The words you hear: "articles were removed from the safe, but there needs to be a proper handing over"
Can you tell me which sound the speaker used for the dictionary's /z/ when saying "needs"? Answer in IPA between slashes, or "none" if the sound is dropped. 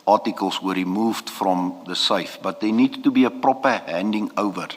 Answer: none